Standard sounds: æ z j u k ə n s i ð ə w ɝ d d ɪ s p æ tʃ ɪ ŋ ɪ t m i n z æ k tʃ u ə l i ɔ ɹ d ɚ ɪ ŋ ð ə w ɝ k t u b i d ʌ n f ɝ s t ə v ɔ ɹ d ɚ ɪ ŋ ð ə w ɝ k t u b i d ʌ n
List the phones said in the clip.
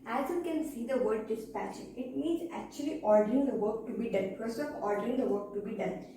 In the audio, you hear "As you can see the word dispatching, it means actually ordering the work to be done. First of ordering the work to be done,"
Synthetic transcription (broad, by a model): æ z j u k ə n s i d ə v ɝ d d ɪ s p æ tʃ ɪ ɪ t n i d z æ k tʃ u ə l i ɔ ɹ d ɚ ɪ ŋ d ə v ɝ k t u b i d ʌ n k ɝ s ə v ɔ ɹ d ɚ ɪ ŋ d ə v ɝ k t u b i d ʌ n